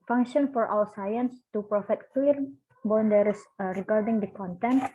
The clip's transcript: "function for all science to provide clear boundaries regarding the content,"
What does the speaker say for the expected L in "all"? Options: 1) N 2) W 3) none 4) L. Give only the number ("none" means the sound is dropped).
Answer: 2